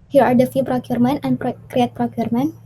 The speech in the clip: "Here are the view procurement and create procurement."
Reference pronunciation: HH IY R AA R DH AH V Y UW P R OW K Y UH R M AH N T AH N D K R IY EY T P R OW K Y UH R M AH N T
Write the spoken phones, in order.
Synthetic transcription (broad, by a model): HH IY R AA R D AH F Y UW P R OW K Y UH R M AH N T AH N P K R IY EY T P R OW K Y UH R M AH N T